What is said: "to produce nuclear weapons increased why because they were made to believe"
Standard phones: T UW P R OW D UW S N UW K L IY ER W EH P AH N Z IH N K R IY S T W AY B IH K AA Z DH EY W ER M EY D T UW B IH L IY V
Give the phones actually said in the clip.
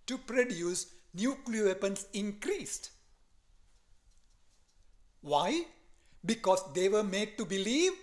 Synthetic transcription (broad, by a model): T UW P R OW D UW S N UW K L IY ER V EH P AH N S IH N K R IY S T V AY B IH K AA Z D EY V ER M EY D T UW B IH L IY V